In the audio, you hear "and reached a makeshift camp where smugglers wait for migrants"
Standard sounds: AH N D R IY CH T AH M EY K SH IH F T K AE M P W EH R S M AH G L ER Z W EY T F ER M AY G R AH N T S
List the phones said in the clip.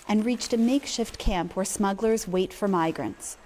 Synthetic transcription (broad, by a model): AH N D R IY CH T AH M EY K SH IH F T K AE M P W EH R S M AH G L ER Z W EY T F ER M AY G R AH N T S